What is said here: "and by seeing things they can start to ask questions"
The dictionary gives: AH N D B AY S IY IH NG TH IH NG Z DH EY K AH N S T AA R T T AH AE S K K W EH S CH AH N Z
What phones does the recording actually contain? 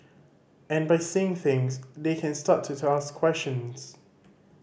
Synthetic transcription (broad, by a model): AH N B AY S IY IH NG TH IH NG Z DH EY K AH N S T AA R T T AH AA S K K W EH S CH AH N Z